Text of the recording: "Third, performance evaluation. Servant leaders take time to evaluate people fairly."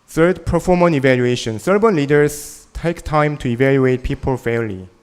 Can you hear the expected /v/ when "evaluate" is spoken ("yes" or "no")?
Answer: yes